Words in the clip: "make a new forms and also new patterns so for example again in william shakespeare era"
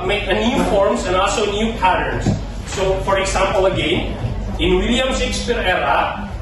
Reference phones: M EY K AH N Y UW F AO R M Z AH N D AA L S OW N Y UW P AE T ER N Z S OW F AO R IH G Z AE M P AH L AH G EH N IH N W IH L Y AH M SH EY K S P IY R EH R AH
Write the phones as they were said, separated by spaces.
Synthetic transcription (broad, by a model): M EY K AH N Y UW F AO R M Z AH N AA L S OW N Y UW P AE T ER N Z S OW F AO R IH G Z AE M P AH L AH G EH N IH N W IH L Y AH M S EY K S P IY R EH R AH